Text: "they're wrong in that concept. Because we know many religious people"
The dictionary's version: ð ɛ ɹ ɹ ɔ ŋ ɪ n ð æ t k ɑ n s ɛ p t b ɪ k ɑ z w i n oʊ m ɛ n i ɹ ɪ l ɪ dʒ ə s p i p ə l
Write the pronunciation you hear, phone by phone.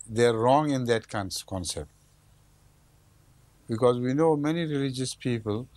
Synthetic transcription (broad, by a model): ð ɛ ɹ ɹ ɔ ŋ ɪ n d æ t k ɑ n s ɛ p t b ɪ k ɑ z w i n oʊ m ɛ n i ɹ ɪ l ɪ dʒ ə s p i p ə l